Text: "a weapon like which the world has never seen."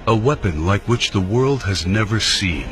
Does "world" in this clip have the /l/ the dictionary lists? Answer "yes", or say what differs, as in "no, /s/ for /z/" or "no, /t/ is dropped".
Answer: yes